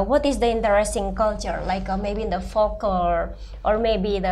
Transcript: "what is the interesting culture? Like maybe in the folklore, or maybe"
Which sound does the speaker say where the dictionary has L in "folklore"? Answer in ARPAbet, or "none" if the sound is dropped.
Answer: none